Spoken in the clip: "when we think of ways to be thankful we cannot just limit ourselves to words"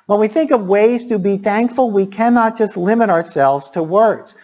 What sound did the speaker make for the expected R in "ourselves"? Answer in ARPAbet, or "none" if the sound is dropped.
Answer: R